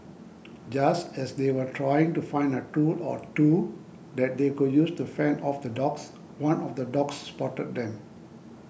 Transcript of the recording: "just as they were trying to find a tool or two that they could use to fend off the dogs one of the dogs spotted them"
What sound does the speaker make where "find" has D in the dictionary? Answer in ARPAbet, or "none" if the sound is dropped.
D